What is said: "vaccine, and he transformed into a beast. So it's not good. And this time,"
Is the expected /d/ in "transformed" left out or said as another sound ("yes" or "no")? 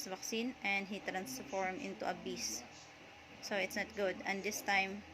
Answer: yes